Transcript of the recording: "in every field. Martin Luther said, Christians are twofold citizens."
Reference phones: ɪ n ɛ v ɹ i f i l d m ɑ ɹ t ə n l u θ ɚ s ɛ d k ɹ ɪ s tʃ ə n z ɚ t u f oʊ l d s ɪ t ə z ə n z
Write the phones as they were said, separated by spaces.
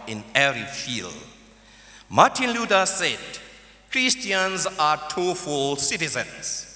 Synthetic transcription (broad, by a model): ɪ n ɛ ɹ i f i l d m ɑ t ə n l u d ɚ s ɛ d k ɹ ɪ s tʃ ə n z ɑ t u f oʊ l s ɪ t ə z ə n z